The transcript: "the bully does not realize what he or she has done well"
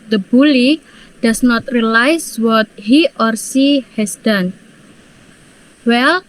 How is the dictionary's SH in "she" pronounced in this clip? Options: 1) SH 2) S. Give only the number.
2